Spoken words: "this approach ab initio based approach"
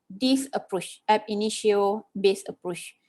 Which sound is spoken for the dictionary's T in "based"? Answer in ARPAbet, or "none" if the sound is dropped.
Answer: none